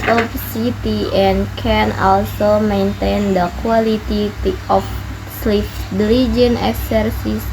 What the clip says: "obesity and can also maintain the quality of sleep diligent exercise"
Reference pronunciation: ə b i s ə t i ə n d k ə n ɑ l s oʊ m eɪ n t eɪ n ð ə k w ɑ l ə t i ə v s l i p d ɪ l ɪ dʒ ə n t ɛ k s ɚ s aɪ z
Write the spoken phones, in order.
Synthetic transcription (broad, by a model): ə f s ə t i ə n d k ə n ɑ l s oʊ m eɪ n t eɪ n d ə k w ɑ l ə t i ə f s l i f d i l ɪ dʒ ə n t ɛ k s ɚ s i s